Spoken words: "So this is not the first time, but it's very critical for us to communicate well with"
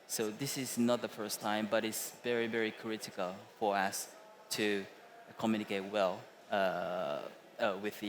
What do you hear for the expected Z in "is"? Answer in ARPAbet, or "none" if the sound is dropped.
Z